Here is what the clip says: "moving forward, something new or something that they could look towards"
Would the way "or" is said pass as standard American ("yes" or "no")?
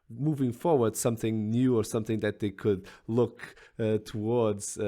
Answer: yes